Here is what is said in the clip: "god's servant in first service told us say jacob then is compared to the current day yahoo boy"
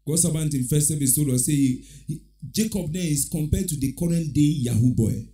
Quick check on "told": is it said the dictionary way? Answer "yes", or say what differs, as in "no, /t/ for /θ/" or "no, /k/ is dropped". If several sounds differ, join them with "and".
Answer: no, /d/ is dropped